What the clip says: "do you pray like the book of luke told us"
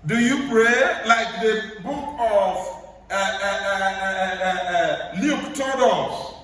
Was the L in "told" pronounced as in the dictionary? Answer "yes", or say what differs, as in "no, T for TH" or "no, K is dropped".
no, L is dropped